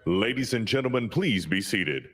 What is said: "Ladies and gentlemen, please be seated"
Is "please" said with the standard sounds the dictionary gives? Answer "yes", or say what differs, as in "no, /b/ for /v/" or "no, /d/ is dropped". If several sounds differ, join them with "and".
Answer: yes